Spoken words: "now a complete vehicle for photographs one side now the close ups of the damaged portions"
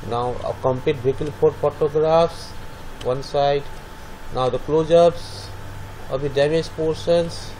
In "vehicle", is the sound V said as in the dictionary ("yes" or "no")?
no